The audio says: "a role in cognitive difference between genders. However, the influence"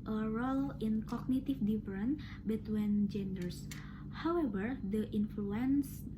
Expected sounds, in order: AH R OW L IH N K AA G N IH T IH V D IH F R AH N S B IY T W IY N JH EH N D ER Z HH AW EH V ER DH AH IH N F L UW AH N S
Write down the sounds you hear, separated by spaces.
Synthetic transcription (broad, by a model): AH R OW L IH N K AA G N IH T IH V D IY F R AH N B IY T W IY N JH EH N D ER S HH AW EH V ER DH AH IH N F L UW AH N S